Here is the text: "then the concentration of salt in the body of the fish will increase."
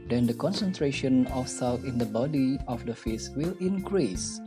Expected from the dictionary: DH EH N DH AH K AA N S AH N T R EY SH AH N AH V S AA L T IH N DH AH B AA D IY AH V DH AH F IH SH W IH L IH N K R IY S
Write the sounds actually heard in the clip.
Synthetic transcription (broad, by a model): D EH N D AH K AA N S AH N T R EY SH AH N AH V S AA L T IH N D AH B AA D IY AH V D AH F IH S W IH L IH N K R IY S